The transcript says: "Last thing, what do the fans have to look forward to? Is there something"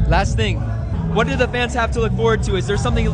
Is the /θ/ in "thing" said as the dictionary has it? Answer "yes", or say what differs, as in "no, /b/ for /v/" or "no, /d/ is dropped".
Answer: yes